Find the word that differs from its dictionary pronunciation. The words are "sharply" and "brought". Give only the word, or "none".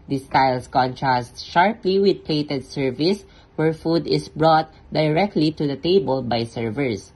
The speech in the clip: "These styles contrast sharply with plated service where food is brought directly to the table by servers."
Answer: none